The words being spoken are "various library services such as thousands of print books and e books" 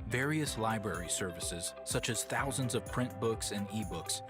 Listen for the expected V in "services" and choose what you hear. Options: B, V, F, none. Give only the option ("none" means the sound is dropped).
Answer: V